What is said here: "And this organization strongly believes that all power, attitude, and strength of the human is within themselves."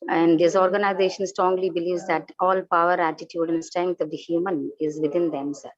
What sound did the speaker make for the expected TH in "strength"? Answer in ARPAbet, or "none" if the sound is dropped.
T